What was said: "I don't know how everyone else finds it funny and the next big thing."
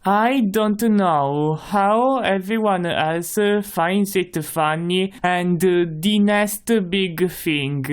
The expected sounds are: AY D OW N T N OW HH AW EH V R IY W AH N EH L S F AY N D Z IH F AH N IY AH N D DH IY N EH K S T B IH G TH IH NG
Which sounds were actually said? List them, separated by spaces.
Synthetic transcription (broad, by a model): AY D OW N T N OW HH AW EH V R IY W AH N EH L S F AY N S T IH F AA N IY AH N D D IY N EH S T B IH G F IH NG